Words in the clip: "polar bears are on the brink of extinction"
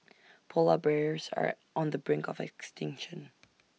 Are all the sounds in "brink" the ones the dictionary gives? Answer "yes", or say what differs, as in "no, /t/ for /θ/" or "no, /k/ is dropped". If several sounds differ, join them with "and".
yes